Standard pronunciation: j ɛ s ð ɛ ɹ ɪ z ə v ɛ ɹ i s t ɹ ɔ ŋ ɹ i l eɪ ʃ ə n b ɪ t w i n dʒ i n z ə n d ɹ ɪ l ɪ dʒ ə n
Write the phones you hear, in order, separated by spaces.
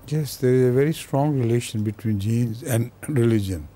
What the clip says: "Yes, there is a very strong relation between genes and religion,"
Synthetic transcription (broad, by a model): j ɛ s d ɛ ɹ ɪ z ə v ɛ ɹ i s t ɹ ɔ ŋ ɹ i l eɪ ʃ ə n b ɪ t w i n dʒ i n z ə n d ɹ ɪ l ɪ dʒ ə n